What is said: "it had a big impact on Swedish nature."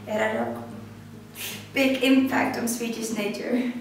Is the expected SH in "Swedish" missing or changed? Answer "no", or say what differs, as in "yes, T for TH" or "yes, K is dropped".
yes, S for SH